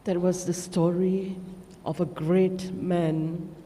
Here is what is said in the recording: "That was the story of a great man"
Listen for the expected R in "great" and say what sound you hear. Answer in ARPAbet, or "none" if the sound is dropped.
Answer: R